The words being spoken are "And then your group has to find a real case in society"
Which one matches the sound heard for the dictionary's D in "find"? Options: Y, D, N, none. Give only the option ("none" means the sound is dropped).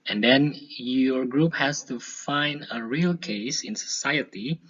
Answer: D